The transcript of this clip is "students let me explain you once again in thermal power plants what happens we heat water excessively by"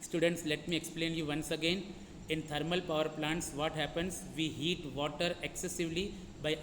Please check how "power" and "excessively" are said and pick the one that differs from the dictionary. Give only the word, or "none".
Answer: none